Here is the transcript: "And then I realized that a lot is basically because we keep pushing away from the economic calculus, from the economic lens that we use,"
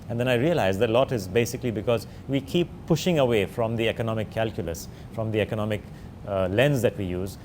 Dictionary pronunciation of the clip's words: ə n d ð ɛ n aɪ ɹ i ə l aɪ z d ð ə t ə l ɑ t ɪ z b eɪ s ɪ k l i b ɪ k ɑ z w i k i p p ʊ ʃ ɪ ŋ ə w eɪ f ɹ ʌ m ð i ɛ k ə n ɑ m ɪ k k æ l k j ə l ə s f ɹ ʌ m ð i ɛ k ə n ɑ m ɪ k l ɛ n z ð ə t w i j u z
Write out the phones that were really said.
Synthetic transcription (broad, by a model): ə n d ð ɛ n aɪ ɹ i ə l aɪ z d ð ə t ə l ɑ t ɪ z b eɪ s ɪ k l i b ɪ k ɑ z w i k i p p ʊ ʃ ɪ ŋ ə w eɪ f ɹ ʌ m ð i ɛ k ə n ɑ m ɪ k k æ l k j ə l ə s f ɹ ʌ m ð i ɛ k ə n ɑ m ɪ k l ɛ n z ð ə t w i j u z